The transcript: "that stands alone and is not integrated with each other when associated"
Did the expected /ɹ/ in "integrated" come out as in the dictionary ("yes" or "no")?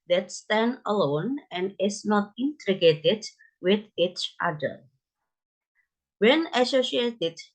no